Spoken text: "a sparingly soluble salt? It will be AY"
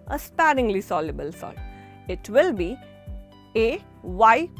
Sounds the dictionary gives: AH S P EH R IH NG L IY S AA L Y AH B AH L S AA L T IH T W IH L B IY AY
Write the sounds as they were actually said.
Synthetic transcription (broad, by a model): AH S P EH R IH NG L IY S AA L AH B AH L S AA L IH T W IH L B IY AY